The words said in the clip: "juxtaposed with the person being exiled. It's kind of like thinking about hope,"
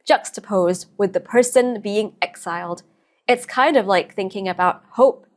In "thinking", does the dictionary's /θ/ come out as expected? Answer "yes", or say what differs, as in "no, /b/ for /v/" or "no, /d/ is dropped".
yes